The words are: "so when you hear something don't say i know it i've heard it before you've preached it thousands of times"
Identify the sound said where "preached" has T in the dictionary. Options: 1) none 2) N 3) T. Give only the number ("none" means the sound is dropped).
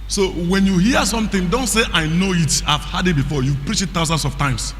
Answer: 1